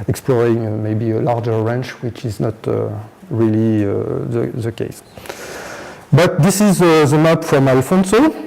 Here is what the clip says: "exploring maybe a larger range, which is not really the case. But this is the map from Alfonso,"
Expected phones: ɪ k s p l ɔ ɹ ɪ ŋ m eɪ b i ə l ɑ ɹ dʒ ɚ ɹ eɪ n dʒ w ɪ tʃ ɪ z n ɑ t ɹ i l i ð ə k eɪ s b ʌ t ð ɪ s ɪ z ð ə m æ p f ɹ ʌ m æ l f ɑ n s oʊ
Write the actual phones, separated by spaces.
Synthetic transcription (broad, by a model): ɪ k s p l ɔ ɹ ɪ ŋ m eɪ b i ə l ɑ ɹ dʒ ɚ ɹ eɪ n tʃ w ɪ tʃ ɪ z n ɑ t ɹ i l i ð ə k eɪ s b ʌ t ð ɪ s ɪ z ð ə m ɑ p f ɹ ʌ m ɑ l f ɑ n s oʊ